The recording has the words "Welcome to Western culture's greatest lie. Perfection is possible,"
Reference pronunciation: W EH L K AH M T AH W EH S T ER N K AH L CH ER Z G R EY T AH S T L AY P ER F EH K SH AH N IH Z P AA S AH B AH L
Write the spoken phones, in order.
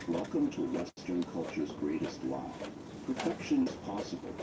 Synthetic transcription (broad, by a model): W EH L K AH M T AH W EH S T ER N K AH L CH ER Z G R EY T AH S T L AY P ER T EH K SH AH N IH Z P AA S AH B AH L